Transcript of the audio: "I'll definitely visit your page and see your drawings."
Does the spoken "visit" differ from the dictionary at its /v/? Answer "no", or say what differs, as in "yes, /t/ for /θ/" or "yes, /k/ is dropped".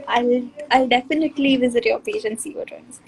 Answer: no